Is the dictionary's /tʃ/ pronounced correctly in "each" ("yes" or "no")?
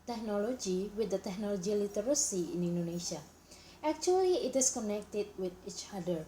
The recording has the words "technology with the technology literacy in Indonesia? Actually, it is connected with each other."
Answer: yes